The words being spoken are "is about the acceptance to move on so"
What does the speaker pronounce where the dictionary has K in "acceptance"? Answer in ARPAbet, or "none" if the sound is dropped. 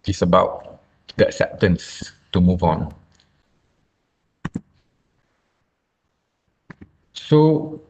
none